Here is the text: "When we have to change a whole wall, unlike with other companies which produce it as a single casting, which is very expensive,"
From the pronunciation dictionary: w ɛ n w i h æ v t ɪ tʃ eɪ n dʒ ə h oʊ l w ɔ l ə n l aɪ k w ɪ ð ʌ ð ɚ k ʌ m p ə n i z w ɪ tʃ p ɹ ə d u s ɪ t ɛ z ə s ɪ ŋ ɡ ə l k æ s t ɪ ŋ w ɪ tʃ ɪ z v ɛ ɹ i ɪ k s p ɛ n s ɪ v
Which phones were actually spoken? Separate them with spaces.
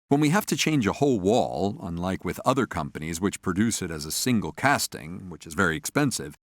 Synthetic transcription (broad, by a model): w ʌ n w i h æ f t ɪ tʃ eɪ n dʒ ə h oʊ l w ɔ l ə n l aɪ k w ɪ ð ʌ ð ɚ k ʌ m p ə n i z w ɪ tʃ p ɹ ə d u s ɪ t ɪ z ə s ɪ ŋ ɡ l k æ s t ɪ ŋ w ɪ tʃ ɪ z v ɛ ɹ i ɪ k s p ɛ n s ɪ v